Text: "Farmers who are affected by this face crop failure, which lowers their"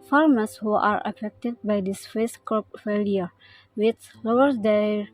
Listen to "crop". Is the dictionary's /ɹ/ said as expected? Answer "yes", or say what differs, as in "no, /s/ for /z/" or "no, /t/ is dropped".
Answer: no, /ɹ/ is dropped